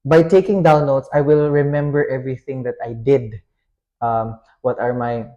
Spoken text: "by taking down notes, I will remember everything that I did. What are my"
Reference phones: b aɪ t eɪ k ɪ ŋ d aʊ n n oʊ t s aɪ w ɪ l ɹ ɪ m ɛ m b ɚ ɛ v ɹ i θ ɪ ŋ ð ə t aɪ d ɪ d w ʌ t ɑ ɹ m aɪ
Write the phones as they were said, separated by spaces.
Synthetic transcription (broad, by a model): b aɪ t eɪ k ɪ ŋ d aʊ n l oʊ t s aɪ w ɪ l ɹ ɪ m ɛ m b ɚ ɛ v ɹ i θ ɪ ŋ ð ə t aɪ d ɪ d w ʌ t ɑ ɹ m aɪ